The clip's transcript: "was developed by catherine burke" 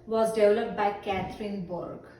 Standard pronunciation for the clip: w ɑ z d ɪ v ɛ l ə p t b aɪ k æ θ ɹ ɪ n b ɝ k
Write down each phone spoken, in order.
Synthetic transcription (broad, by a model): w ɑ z d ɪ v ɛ l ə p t b aɪ k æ t ɹ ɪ n b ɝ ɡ